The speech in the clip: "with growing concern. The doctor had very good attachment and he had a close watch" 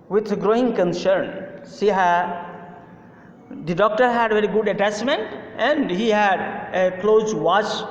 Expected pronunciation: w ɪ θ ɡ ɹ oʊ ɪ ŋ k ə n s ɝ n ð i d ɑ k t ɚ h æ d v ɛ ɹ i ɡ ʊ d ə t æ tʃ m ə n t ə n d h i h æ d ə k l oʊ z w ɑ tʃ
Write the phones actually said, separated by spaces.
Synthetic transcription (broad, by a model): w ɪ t ɡ ɹ oʊ ɪ ŋ k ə n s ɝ n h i d ɑ k t ɚ h æ d v ɛ ɹ i ɡ ʊ d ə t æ s m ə n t ə n d h i h æ d ə k l oʊ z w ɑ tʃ